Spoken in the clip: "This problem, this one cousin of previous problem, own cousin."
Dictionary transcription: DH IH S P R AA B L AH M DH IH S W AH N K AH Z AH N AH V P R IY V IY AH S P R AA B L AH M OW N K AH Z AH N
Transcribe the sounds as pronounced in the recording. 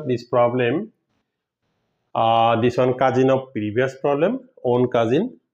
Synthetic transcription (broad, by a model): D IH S P R AA B L AH M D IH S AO N K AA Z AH N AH P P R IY B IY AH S P R AA B L AH M OW N K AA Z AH N